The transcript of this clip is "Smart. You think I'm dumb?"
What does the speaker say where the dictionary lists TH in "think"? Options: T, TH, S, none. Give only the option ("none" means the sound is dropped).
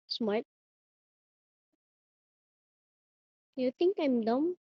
T